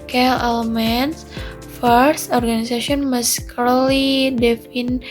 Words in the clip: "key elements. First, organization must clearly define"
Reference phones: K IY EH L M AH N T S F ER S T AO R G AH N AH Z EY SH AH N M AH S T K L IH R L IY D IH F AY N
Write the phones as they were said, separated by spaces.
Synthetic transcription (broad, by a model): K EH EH L M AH N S F ER S T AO R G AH N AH S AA S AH N M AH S K AH L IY D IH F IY N